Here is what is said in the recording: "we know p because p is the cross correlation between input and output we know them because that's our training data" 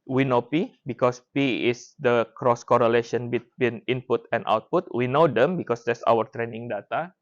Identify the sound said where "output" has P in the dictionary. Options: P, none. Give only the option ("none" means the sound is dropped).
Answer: P